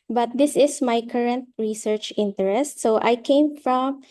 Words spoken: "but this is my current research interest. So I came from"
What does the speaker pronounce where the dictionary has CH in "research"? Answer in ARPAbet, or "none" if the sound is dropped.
CH